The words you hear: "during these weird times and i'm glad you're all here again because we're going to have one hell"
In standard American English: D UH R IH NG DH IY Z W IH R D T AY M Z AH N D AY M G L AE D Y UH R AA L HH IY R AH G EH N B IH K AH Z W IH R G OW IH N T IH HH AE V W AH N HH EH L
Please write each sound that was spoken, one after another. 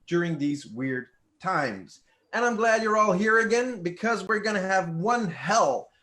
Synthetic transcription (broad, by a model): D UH R IH NG DH IY Z W IH R D T AY M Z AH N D AY M G L AE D Y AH R AA L HH IY R AH G EH N B IH K AH Z W IH R G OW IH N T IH V W AH N HH EH L